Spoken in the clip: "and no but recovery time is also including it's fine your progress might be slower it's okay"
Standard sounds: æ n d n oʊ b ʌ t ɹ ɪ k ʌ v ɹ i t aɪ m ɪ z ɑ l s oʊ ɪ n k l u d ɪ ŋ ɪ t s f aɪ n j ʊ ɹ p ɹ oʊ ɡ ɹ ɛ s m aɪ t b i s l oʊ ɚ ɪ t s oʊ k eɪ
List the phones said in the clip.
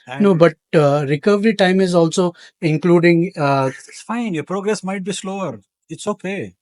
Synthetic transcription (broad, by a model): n n oʊ b ʌ t ɹ ɪ k ʌ v ɹ i t aɪ m ɪ z ɑ l s oʊ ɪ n k l u d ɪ ŋ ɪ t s f aɪ n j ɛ p ɹ oʊ ɡ ɹ ɛ s m aɪ t b i s l oʊ ɚ ɪ t s oʊ k eɪ